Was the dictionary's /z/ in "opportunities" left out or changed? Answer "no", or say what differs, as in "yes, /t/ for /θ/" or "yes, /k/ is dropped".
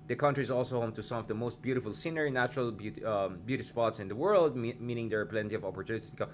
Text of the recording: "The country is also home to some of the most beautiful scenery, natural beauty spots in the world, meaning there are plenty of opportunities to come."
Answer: yes, /z/ is dropped